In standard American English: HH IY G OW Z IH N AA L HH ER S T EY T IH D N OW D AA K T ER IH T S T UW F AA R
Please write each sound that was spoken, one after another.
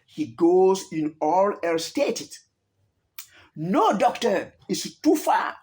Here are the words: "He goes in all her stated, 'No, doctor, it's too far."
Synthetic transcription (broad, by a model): HH IY G OW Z IH N AA L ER S T EY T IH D N OW D AA K T ER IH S T UW F AA